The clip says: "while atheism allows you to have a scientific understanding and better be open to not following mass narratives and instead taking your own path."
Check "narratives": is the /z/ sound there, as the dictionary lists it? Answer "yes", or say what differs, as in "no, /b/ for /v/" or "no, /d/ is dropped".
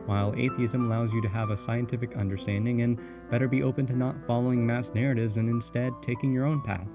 yes